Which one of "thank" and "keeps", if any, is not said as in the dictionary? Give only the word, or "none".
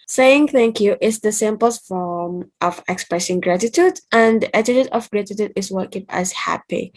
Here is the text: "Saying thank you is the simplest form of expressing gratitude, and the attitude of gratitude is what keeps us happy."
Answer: keeps